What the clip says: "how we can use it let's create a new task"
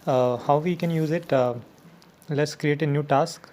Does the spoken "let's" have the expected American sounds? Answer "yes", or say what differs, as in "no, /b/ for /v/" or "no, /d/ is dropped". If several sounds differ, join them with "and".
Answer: yes